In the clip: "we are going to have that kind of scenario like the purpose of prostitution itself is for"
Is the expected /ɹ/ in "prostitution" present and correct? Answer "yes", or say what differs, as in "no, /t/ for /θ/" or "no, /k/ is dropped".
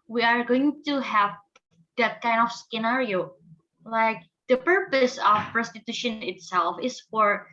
yes